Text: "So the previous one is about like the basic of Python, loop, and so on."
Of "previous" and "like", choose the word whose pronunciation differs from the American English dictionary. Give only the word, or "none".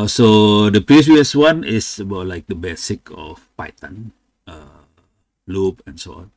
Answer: previous